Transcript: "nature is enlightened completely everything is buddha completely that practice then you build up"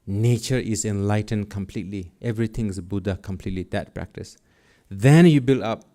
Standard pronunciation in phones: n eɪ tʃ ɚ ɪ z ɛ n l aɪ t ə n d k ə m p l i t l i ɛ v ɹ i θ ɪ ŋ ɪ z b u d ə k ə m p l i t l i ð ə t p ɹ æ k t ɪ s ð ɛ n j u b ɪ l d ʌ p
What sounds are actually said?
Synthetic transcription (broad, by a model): n eɪ tʃ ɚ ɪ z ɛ n l aɪ t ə n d k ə m p l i t l i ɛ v ɹ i t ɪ ŋ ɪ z b u d ə k ə m p l i t l i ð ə t p ɹ æ k t ɪ s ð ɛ n j u b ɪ l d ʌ p